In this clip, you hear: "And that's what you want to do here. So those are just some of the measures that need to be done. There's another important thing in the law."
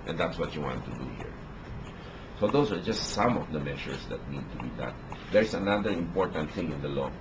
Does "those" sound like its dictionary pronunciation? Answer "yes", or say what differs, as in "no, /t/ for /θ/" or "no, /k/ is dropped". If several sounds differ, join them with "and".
no, /s/ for /z/